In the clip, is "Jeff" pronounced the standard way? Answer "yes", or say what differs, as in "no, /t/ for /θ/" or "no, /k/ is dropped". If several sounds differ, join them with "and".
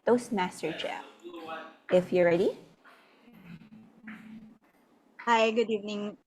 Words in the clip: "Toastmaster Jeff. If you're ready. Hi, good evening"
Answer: no, /f/ is dropped